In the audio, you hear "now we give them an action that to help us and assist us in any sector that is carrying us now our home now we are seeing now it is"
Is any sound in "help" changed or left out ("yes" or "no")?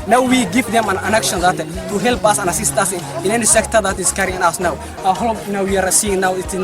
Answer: no